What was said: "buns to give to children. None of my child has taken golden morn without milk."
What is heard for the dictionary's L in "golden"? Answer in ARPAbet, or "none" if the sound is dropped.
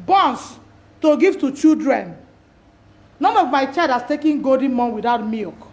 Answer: none